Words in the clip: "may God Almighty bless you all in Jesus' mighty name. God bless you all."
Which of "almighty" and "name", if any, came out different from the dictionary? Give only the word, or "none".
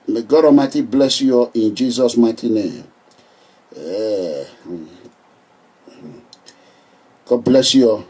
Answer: almighty